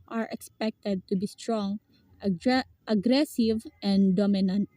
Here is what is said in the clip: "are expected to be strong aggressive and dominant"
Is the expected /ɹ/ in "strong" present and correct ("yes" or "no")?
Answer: yes